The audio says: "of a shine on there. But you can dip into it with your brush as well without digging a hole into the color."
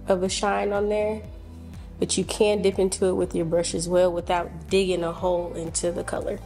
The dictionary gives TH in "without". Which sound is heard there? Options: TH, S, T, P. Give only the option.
TH